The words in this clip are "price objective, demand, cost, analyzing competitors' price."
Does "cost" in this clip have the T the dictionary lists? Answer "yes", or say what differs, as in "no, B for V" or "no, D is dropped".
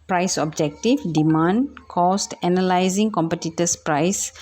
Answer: yes